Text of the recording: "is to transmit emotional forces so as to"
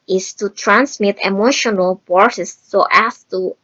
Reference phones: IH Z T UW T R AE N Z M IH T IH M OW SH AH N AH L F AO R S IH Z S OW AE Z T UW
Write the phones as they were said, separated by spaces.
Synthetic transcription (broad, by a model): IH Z T UW T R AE N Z M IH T IH M OW SH AH N AH L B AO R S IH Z S OW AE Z T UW